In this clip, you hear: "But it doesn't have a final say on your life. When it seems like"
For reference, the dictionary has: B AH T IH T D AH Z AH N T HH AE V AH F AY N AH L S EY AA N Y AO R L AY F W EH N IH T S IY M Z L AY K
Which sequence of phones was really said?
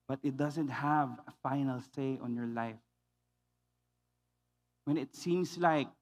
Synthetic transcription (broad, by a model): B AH T IH T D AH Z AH N T HH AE V AH F AY N AH L S EY AA N Y AO R L AY F W EH N IH T S IY M S L AY K